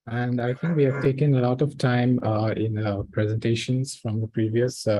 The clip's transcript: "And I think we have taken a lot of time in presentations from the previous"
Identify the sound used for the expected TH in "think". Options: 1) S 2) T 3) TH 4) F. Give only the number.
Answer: 2